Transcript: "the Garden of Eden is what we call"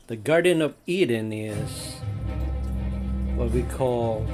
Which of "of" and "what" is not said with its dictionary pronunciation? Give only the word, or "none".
none